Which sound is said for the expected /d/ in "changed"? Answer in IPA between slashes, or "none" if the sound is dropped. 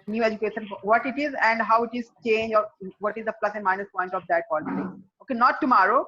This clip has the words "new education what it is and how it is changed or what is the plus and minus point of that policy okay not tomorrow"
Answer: none